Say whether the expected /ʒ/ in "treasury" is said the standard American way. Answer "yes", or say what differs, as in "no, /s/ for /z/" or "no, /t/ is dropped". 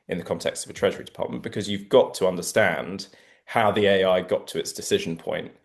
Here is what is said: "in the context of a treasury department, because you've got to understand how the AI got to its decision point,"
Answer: yes